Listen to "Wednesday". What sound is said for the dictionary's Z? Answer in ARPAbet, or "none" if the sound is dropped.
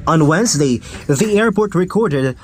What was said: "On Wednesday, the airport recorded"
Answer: Z